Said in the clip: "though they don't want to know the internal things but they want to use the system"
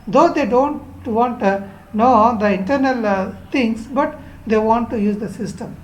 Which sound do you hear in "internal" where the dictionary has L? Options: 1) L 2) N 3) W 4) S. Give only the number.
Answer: 1